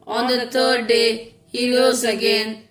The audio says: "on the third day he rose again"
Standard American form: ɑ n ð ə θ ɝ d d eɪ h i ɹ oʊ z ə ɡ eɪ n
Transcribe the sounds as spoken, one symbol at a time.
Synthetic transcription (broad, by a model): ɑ n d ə t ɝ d d eɪ h i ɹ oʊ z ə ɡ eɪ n